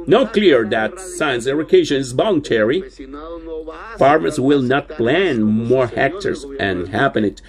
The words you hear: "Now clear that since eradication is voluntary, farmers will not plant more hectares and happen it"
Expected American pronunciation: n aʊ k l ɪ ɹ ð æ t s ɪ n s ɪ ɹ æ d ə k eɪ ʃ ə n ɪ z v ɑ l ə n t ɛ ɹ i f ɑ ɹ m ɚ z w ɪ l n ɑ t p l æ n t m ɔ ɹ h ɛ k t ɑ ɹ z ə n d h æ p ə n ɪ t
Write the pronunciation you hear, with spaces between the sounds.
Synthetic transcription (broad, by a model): n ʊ k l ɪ ɹ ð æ t s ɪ n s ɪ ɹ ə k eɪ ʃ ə n ɪ z b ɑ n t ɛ ɹ i f ɑ ɹ m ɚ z w ɪ l n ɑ t p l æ n m ɔ ɹ h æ k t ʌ ɹ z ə n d h æ p ə n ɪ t